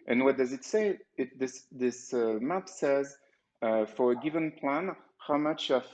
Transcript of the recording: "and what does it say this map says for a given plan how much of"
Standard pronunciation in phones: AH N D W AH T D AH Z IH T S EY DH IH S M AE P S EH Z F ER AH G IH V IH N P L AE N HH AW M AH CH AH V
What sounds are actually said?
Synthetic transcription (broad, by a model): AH N W AH T D AH Z IH T S EY DH IH S M AE P S EH Z F ER AH G IH V IH N P L AE N HH AW M AH CH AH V